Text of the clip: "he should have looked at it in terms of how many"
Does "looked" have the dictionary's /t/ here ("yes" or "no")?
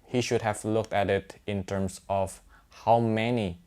yes